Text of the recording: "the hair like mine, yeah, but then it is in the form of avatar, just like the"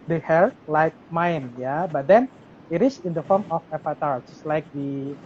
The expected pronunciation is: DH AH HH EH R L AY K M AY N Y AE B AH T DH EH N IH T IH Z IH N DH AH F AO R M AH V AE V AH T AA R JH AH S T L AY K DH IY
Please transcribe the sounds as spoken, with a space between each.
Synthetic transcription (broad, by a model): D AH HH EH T L AY K M AY N Y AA B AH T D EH N IH T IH S IH N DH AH F AO R M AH F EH P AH T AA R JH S L AY K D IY